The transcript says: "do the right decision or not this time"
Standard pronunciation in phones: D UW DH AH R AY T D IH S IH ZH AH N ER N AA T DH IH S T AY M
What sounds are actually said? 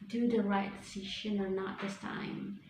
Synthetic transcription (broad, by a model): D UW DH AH R AY T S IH SH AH N ER N AA T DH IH S T AY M